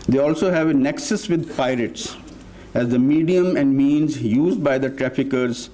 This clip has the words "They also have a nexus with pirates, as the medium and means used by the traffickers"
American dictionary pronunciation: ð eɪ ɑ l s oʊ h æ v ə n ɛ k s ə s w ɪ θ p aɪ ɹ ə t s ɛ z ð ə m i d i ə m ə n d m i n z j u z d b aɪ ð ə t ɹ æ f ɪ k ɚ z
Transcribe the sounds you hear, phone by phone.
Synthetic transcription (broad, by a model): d eɪ ɑ l s oʊ h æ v ə n ɛ k s ə s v ɪ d p aɪ ɹ ə t s ɛ z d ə m i d i ə m ə n d m i n z j u z d b aɪ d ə t ɹ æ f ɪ k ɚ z